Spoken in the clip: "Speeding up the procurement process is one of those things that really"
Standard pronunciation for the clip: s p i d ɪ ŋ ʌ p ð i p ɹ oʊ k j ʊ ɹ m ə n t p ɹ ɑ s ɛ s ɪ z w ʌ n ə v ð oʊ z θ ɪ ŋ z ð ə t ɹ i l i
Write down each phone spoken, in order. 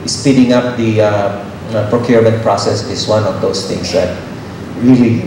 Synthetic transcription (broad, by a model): s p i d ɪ ŋ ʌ p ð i p ɹ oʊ k j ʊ ɹ m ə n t p ɹ ɑ s ɛ s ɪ s w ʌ n ə v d oʊ s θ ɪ ŋ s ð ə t ɹ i l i